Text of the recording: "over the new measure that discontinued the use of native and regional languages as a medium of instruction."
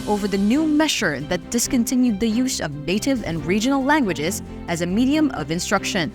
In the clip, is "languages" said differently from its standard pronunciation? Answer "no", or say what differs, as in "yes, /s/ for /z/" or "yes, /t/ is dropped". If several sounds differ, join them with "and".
no